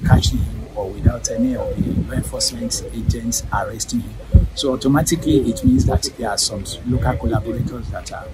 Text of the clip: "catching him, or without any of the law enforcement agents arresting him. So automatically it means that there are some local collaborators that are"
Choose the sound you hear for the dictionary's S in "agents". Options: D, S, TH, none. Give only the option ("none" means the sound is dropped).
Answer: S